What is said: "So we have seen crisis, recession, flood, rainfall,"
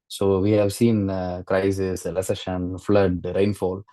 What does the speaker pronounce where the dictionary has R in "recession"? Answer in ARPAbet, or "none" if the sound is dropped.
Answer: L